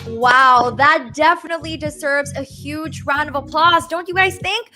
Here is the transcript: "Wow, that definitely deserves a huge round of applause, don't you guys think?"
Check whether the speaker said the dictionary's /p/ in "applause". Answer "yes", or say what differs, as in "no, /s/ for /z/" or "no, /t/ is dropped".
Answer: yes